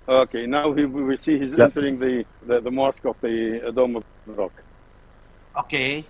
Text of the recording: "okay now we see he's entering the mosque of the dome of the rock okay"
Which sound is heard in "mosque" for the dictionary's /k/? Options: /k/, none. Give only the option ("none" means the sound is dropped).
/k/